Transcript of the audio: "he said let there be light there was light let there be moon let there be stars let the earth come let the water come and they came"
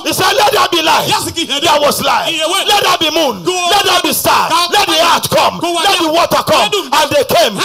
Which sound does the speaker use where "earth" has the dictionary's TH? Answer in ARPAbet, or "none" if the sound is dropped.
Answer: T